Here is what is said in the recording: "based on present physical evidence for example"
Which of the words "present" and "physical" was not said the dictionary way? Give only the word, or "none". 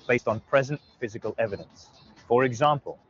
none